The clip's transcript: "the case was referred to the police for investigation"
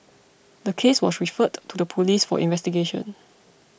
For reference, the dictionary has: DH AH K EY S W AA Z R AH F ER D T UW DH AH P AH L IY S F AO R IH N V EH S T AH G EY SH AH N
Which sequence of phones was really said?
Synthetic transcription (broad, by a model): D AH K EY S W AA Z R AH F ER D T UW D AH P AH L IY S F AO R IH N V EH S T AH G EY SH AH N